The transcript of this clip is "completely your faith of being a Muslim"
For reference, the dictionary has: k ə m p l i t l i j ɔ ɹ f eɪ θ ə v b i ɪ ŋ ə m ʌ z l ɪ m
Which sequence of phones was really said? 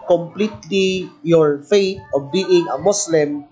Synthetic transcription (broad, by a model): k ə m p l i t l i j ɔ ɹ f eɪ t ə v b i ɪ ŋ ə m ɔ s l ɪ m